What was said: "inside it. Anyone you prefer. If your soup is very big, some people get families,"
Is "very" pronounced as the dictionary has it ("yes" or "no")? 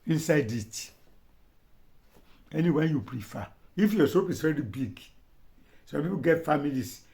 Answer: no